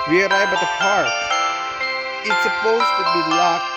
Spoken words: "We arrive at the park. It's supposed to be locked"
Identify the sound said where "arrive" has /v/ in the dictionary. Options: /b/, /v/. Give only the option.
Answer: /b/